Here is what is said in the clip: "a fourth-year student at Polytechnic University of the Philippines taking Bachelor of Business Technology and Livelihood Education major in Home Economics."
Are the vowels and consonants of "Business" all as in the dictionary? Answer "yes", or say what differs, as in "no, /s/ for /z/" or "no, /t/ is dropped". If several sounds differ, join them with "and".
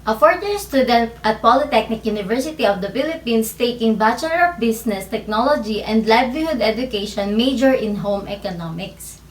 no, /s/ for /z/